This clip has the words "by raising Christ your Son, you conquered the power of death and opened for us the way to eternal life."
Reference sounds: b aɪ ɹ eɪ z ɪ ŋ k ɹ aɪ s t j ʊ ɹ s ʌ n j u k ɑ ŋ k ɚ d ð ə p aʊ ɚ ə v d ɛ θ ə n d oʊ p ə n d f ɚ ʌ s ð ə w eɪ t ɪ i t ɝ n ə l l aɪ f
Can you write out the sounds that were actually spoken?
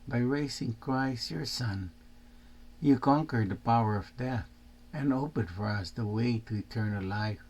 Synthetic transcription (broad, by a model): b aɪ ɹ eɪ s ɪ ŋ k ɹ aɪ s t j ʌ ɹ s ʌ n j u k ɑ ŋ k ɚ d ð ə p aʊ ɚ ə v d ɛ θ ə n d oʊ p ə n d f ɚ ʌ s ð ə w eɪ t ɪ i t ɝ n ə l l aɪ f